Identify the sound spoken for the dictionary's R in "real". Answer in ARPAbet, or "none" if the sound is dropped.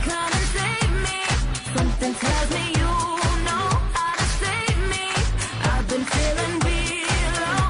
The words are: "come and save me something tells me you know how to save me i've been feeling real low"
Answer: W